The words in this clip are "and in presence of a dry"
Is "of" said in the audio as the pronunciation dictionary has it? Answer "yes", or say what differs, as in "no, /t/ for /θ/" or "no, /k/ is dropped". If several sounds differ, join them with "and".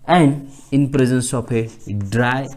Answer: no, /p/ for /v/